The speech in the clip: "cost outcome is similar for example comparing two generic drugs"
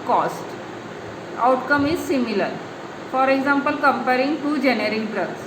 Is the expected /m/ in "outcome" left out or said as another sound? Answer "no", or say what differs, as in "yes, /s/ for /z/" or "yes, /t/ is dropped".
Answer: no